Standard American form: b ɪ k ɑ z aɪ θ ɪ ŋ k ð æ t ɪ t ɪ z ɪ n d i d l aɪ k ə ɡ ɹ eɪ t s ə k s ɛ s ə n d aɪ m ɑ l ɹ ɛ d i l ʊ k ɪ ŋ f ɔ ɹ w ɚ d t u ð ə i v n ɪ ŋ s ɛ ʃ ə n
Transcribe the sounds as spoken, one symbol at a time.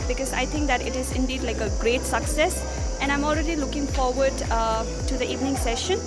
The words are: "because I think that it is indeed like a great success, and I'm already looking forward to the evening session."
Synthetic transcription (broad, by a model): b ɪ k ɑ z aɪ t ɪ ŋ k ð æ t ɪ t ɪ z ɪ n d i d l aɪ k ə ɡ ɹ eɪ t s ə k s ɛ s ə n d aɪ m ɑ l ɹ ɛ d i l ʊ k ɪ ŋ f ɔ ɹ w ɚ d t u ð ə i v n ɪ ŋ s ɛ ʃ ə n